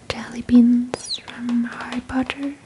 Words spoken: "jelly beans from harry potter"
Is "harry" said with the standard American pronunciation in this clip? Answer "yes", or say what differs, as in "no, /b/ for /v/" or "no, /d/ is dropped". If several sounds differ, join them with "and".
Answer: no, /ɹ/ is dropped